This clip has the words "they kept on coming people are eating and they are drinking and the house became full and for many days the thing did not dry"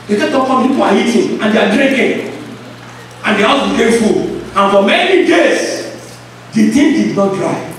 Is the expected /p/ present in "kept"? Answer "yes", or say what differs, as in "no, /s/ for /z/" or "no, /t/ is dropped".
no, /p/ is dropped